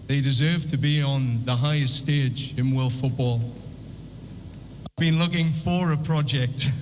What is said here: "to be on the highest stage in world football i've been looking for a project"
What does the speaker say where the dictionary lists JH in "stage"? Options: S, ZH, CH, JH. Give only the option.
JH